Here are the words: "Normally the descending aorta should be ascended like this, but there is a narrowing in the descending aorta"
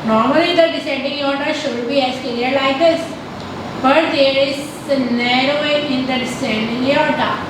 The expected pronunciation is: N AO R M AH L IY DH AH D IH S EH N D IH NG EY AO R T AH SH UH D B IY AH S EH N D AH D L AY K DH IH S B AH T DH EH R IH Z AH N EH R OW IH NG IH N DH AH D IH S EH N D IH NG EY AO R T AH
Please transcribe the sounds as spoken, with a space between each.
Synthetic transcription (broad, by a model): N AO R M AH L IY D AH D IH S EH N D IH NG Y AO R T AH SH UH D B IY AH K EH D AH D L AY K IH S B AH T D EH R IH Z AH N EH R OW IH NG IH N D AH D IH S EH N D IH NG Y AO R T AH